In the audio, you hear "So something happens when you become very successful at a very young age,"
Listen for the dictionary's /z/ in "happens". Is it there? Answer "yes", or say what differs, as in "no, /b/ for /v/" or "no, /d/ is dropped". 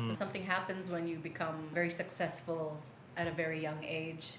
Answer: yes